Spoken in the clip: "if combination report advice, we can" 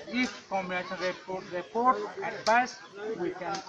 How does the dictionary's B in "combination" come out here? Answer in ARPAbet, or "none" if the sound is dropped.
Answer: none